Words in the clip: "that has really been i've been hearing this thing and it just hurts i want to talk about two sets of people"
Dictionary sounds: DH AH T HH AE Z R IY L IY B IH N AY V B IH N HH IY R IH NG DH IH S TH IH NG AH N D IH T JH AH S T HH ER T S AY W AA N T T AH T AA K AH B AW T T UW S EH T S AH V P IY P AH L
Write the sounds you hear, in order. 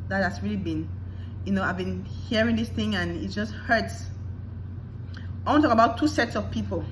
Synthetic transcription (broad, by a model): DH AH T HH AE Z R IY L IY B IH N AY V B IH N HH IY R IH NG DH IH S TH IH NG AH N IH T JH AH S T HH ER T S AY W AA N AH T AA K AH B AW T T UW S EH T S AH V P IY P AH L